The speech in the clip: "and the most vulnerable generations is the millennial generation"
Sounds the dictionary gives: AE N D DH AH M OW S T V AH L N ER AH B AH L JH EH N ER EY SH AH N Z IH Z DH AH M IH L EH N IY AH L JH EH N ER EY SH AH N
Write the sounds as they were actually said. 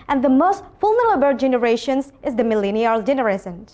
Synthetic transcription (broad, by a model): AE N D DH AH M OW S T F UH L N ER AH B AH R JH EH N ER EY SH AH N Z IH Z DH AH M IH L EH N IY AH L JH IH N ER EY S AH N